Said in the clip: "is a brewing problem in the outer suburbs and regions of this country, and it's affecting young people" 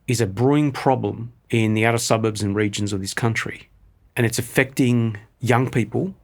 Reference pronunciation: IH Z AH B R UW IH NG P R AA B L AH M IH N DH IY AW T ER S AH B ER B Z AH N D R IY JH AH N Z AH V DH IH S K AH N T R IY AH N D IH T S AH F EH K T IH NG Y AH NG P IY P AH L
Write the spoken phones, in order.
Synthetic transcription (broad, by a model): IH Z AH B R UW IH NG P R AA B L AH M IH N DH IY AW T ER S AH B ER B Z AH N R IY JH AH N Z AH V DH IH S K AH N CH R IY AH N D IH T S AH F EH K T IH NG Y AH NG P IY P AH L